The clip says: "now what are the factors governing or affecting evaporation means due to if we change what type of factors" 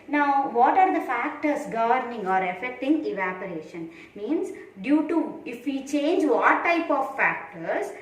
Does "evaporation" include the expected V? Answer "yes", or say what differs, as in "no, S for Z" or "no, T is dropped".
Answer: yes